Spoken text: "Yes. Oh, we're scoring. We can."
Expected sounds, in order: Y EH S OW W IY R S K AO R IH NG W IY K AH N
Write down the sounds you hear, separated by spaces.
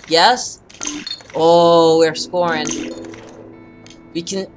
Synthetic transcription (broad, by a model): Y EH S OW W IY R S K AO R IH NG W IY K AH N